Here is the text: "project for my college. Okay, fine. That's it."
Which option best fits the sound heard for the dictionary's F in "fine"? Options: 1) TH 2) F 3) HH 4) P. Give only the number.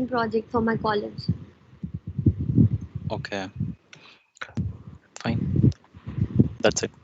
2